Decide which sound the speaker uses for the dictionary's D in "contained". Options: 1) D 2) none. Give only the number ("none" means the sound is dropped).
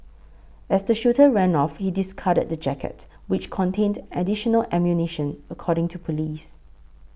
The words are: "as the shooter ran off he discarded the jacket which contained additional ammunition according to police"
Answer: 1